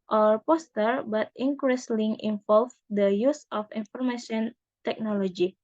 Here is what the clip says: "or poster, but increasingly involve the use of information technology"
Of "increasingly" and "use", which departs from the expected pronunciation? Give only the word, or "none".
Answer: increasingly